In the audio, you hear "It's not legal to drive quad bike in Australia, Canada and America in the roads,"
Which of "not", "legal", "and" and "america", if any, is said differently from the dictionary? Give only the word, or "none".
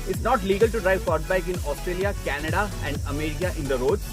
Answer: america